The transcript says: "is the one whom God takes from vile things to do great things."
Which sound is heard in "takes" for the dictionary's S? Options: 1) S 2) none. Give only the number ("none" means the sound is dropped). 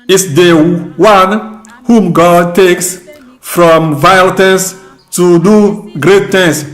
1